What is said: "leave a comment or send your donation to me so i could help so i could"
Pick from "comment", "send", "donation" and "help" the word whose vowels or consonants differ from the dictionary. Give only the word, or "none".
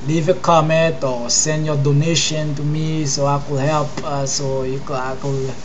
none